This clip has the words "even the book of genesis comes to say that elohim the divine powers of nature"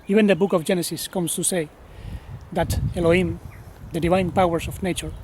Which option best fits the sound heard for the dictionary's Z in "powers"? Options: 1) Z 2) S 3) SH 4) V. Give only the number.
2